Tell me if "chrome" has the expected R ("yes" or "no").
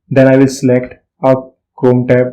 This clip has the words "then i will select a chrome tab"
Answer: no